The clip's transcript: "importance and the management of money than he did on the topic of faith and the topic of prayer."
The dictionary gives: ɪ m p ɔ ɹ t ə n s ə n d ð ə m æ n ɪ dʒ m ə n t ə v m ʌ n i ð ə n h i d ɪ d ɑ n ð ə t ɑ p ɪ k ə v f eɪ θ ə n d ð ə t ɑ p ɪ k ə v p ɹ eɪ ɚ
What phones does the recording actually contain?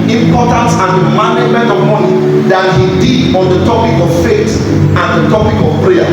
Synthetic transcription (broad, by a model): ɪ m p ɔ t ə n s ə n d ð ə m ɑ n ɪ dʒ m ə n t ə v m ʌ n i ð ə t h i d ɪ d ɑ n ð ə t ɑ p ɪ k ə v f eɪ t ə n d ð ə t ɑ p ɪ k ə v p ɹ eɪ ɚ